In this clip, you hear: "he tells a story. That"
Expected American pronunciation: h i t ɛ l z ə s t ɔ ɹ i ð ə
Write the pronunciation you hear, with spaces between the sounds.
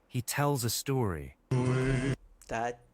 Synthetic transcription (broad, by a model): h i t ɛ l z ə s t ɔ ɹ i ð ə